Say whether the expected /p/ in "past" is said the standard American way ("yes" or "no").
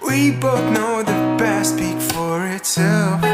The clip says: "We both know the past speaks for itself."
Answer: no